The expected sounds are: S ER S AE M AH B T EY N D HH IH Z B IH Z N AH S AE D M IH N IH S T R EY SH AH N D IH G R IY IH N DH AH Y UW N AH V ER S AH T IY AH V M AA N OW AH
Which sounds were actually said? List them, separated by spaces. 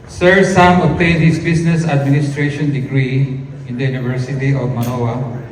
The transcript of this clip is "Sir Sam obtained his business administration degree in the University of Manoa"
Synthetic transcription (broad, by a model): S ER S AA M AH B T EY N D HH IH S B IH S N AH S AE D M IH N IH S T R EY SH AH N D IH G R IY IH N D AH Y UW N AH V ER S AH T IY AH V M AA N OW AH